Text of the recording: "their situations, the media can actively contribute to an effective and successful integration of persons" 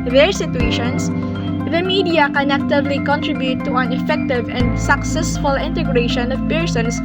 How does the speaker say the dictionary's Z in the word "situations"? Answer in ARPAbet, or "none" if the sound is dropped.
S